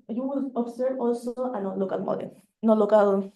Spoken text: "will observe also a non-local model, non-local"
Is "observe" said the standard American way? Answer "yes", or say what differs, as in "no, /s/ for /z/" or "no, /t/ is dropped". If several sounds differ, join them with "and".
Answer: no, /v/ is dropped